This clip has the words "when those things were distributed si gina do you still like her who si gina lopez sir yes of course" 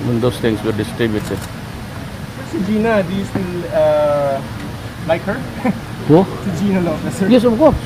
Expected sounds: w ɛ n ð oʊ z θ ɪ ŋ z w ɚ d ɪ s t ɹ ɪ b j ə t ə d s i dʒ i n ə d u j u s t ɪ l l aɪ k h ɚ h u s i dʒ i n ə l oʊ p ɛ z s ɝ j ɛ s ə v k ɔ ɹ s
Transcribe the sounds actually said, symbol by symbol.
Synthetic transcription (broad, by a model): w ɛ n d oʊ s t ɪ ŋ s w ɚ d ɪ s t ɹ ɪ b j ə t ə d s i dʒ i n ə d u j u s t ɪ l l aɪ k h ɚ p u s i dʒ i n ə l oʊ ɛ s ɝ j ɛ s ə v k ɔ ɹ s